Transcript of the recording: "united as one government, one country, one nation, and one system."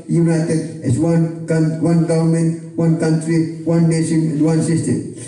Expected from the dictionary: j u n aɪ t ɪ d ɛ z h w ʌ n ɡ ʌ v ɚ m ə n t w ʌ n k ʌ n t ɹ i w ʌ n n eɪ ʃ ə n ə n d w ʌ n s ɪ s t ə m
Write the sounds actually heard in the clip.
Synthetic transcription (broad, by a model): j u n aɪ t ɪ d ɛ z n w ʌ n ɡ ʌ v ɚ m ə n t w ʌ n k ʌ n t ɹ i w ʌ n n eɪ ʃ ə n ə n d w ʌ n s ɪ s t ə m